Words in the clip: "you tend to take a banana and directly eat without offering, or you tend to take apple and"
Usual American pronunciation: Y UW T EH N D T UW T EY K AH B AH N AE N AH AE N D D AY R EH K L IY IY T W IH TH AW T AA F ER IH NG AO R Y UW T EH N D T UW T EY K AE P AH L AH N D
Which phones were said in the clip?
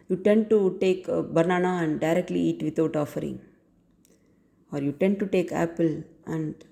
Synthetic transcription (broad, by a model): Y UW T EH N D T UW T EY K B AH N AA N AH AE N D D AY R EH K L IY IY T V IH T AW T AA F ER IH NG AO R Y UW T EH N D T UW T EY K AE P AH L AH N D